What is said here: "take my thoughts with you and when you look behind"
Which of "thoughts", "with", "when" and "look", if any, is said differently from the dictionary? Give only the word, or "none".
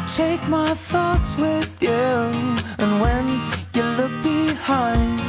none